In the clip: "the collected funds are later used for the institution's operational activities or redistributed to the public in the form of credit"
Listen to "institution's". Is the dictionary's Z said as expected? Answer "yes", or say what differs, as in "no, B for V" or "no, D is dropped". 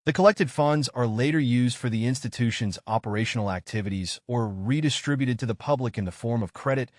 yes